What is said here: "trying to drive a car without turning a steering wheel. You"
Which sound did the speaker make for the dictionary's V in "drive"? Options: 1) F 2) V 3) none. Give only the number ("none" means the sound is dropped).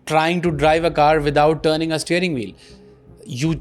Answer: 2